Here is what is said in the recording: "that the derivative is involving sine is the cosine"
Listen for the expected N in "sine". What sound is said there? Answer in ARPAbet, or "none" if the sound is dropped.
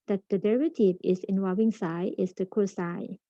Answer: none